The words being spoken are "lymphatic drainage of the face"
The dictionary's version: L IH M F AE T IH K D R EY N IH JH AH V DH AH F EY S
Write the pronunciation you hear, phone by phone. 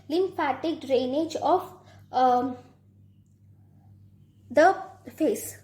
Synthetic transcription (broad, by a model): L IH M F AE T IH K D R EY N IH JH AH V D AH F EY S